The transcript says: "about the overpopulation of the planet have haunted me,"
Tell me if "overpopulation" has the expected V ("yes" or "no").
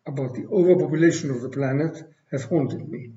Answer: yes